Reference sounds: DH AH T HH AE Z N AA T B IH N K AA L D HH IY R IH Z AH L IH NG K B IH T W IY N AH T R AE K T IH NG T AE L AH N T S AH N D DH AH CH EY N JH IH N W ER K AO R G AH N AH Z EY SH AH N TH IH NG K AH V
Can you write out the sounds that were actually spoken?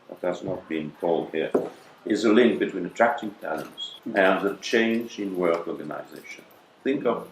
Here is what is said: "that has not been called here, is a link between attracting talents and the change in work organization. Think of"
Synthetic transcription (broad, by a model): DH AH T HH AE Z N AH T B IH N K AA L D HH IY R IH Z AH L IH NG K B IH T W IY N AH T R AE K T IH NG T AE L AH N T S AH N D DH AH CH EY N JH IH N W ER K AO R G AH N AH Z EY SH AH N TH IH NG K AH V